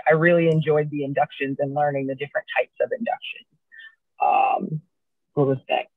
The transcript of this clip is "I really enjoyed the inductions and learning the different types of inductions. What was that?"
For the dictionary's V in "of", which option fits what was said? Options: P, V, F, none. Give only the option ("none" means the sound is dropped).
V